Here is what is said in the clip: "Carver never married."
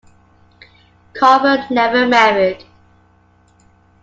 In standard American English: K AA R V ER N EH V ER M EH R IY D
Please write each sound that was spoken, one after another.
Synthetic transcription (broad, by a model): K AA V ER N EH V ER M EH R IY D